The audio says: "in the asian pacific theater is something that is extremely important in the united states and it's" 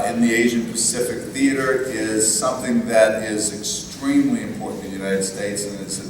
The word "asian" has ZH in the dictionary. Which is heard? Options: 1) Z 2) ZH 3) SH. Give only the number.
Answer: 2